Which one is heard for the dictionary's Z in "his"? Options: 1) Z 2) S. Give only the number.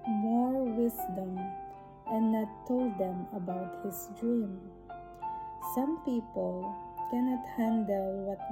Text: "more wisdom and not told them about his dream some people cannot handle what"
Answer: 2